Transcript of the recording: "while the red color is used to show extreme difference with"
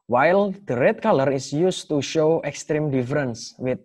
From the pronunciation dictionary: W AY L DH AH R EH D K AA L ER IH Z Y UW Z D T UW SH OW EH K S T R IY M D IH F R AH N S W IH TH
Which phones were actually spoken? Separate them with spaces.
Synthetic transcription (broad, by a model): W AY L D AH R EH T K AA L ER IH S Y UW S T UW SH OW EH K S T R IY M D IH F R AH N S W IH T